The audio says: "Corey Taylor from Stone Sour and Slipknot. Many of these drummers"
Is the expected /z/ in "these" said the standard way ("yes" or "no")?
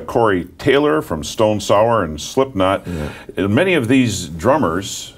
yes